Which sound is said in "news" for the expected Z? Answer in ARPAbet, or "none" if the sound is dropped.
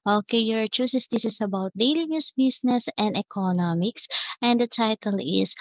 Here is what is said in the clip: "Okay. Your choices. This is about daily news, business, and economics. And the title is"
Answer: S